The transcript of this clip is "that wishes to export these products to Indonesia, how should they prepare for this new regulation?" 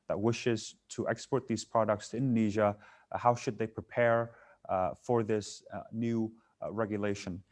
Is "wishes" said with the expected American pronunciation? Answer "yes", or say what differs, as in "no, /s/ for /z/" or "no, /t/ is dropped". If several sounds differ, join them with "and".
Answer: yes